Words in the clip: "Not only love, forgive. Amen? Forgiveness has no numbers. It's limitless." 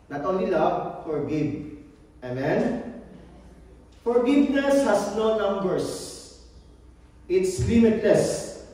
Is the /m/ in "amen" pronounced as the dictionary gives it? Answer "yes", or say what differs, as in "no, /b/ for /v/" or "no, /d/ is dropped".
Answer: yes